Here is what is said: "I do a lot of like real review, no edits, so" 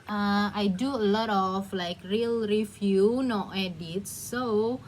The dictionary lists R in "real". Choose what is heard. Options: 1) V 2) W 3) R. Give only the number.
3